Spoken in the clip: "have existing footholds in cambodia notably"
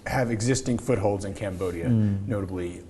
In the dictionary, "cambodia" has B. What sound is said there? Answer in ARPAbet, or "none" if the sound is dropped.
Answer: B